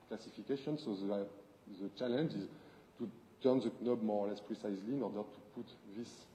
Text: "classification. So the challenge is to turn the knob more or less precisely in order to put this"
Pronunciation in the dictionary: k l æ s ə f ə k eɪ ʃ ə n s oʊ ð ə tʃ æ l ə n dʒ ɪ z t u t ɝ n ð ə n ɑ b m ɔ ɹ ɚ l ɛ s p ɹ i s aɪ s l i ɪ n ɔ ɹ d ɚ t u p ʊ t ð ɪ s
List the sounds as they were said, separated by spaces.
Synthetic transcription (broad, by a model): k l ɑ s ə f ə k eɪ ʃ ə n s oʊ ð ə tʃ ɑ l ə n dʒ ɪ z t u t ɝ n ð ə n ɑ b m ɔ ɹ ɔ l ɛ s p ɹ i s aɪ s l i ɪ n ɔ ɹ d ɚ t u p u t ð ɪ s